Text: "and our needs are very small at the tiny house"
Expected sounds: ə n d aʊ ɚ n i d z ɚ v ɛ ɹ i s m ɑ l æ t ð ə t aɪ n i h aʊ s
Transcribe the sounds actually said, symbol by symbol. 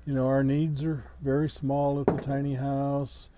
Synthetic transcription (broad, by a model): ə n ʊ aʊ ɚ n i d z ɚ v ɛ ɹ i s m ɑ l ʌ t ð ə t aɪ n i h aʊ s